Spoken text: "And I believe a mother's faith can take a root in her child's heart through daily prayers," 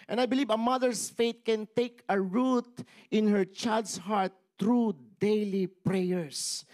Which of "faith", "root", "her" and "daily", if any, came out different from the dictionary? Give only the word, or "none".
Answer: faith